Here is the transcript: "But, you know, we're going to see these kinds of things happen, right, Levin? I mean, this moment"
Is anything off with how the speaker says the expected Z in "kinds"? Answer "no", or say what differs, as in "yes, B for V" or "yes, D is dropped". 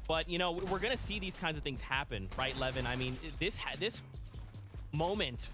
no